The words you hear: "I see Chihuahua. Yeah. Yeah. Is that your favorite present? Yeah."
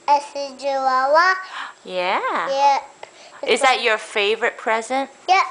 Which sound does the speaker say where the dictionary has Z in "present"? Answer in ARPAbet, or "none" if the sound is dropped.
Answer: Z